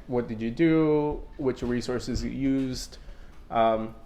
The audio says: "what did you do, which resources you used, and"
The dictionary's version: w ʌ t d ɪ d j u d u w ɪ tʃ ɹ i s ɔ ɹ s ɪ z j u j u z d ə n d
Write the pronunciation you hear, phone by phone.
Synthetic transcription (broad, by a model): w ʌ t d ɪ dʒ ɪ d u w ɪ tʃ ɹ i s ɔ ɹ s ɪ z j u j u z d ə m